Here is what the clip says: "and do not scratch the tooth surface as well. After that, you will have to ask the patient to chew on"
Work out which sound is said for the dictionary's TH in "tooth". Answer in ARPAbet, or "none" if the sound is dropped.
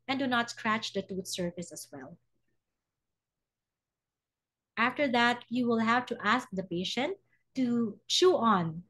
T